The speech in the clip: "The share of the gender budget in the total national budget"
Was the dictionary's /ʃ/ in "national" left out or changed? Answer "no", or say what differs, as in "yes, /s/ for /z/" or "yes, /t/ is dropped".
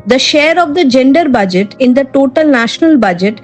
no